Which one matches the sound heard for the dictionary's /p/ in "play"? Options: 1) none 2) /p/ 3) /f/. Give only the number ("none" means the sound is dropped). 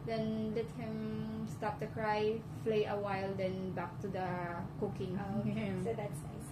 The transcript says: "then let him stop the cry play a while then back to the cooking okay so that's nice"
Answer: 3